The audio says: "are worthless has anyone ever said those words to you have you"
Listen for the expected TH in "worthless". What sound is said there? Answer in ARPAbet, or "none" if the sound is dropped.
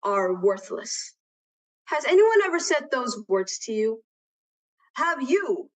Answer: TH